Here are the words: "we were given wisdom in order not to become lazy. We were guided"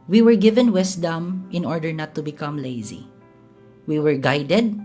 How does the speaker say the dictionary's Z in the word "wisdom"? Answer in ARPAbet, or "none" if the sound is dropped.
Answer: S